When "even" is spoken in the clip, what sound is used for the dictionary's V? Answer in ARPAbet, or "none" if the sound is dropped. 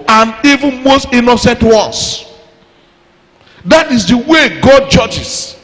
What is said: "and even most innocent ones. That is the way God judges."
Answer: V